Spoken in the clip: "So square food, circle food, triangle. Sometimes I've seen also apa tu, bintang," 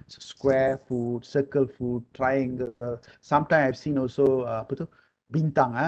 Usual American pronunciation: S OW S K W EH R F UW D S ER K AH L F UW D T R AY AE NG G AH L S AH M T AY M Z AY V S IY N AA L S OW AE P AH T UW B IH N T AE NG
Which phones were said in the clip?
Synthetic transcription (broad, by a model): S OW S K W EH F UW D S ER K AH L F UW D T R AY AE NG G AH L S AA M T AY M AY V S IY N AA L S OW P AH T UW B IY N T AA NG